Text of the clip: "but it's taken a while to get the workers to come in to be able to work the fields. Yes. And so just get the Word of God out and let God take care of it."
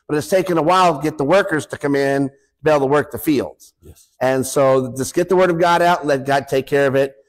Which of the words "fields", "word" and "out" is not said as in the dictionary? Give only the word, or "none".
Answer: none